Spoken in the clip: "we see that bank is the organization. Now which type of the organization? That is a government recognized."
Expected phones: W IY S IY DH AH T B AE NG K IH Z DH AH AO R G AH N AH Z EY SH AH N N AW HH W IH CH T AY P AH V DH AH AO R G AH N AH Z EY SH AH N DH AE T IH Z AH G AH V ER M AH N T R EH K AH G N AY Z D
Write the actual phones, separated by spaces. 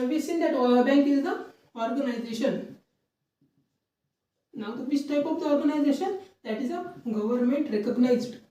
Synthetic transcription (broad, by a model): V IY S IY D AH T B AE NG K IH Z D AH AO R G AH N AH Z EY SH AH N N AW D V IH S T AY P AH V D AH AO R G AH N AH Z EY SH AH N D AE T IH Z AH G AH V ER M AH N T R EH K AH G N AY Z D